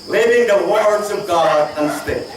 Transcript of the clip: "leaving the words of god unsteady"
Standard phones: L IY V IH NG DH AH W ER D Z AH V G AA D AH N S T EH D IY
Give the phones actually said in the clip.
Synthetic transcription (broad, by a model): L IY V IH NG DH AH W ER D Z AH V G AA D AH N S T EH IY